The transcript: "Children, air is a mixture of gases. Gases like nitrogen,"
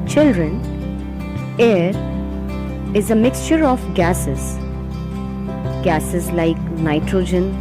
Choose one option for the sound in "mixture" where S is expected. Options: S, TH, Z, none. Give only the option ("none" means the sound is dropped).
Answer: S